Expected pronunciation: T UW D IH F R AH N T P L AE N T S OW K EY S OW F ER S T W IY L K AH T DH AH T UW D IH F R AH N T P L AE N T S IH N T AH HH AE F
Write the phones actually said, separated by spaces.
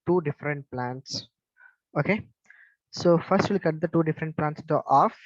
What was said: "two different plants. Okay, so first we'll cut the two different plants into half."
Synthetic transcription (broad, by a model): T UW D IH F R AH N T P L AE N T S OW K EY S OW F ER S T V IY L K AH T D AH T UW D IH F R AH N T P L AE N T S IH T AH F